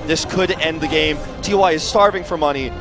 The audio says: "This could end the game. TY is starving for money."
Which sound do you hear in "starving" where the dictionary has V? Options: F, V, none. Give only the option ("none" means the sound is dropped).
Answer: V